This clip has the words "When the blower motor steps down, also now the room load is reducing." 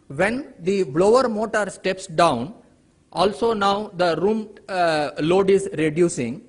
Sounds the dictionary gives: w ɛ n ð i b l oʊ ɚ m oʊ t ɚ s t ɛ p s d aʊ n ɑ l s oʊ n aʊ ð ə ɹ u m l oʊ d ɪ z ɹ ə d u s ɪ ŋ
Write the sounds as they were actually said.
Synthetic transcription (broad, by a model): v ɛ n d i b l oʊ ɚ m oʊ t ɚ s t ɛ p s d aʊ n ɑ l s oʊ n aʊ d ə ɹ u m l oʊ d ɪ z ɹ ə d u s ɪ ŋ